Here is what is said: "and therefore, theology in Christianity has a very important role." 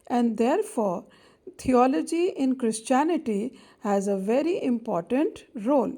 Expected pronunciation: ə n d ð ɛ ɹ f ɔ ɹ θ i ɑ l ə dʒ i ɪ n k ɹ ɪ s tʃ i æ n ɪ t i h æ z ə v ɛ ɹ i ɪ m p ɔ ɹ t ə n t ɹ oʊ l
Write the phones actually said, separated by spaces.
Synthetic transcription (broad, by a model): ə n d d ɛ ɹ f ɔ ɹ t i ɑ l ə dʒ i ɪ n k ɹ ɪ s tʃ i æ n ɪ t i h æ z ə v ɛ ɹ i ɪ m p ɔ ɹ t ə n t ɹ oʊ l